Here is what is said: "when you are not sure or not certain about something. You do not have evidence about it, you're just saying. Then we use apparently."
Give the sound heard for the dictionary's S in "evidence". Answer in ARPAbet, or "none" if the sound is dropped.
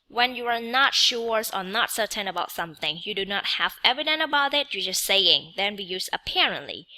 none